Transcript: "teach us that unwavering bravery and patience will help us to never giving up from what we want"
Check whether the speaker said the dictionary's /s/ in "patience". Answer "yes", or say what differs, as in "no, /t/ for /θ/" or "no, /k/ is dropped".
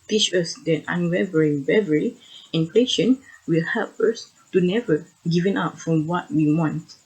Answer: no, /s/ is dropped